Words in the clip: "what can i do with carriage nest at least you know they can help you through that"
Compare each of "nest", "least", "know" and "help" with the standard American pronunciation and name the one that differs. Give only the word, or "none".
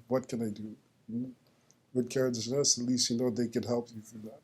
nest